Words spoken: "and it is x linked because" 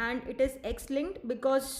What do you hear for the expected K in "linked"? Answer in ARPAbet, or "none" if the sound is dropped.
none